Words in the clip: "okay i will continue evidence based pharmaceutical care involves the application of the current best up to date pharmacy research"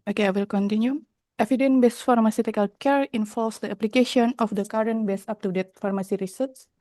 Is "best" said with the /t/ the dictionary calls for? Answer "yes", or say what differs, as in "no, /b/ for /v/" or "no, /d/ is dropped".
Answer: no, /t/ is dropped